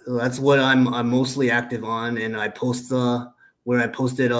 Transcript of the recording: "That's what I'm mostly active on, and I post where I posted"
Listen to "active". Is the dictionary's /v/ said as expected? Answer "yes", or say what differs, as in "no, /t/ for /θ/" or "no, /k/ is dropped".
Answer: yes